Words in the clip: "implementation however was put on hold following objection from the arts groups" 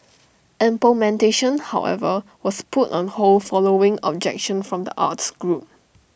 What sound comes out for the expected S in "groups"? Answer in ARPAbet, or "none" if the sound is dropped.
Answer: none